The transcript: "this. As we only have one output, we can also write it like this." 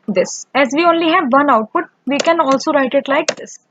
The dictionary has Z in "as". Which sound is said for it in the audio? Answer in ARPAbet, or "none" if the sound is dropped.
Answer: Z